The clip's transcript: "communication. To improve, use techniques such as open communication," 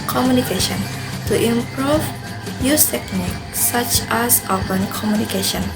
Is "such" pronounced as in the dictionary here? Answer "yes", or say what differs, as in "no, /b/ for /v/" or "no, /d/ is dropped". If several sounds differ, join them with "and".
yes